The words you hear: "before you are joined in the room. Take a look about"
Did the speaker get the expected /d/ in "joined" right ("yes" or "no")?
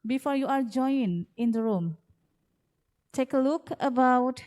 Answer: no